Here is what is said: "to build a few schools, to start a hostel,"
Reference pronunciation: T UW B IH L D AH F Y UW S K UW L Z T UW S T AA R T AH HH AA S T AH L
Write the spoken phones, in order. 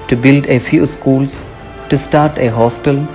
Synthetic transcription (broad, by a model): T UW B IH L D AH F Y UW S K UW L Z T UW S T AA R T AH HH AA S T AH L